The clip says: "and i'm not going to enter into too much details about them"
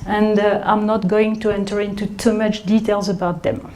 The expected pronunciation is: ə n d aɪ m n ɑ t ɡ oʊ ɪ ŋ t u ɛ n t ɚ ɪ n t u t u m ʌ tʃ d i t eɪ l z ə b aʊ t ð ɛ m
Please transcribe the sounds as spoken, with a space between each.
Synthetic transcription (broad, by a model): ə n d aɪ m n ɑ t ɡ oʊ ɪ ŋ t u ɛ n t ɚ ɪ n t u t u m ʌ tʃ d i t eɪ l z ə b aʊ t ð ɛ m